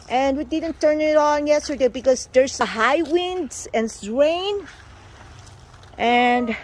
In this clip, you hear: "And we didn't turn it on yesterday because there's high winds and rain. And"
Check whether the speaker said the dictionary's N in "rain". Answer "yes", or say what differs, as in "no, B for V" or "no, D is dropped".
yes